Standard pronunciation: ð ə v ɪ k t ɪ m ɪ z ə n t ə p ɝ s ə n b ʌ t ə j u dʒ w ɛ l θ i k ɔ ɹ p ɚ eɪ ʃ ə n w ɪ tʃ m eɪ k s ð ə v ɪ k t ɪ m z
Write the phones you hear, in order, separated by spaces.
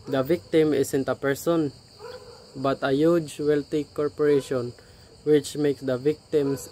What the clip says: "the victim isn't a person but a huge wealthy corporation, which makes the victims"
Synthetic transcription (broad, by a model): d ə v ɪ k t ɪ m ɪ s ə n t ə p ɝ s ə n b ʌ t ə j u dʒ w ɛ l t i k ɔ ɹ p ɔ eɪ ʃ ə n w ɪ tʃ m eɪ k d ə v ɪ k t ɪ m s